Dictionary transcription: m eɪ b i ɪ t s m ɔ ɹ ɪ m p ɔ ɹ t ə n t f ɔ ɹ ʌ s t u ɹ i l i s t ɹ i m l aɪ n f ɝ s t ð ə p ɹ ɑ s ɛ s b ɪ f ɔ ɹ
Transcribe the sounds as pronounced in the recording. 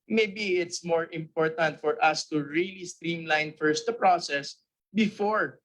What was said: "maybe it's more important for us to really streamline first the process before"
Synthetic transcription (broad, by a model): m eɪ b i ɪ t s m ɔ ɹ ɪ m p ɔ ɹ t ə n t f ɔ ɹ ʌ s t u ɹ i l i s t ɹ i m l aɪ n f ɝ s t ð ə p ɹ ɑ s ɛ s b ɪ f ɔ ɹ